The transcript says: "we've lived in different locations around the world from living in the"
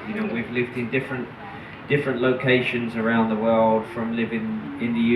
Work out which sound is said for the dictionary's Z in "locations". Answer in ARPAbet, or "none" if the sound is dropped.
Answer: Z